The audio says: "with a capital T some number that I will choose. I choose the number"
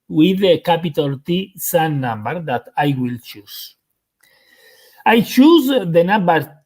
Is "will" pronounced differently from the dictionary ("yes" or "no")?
no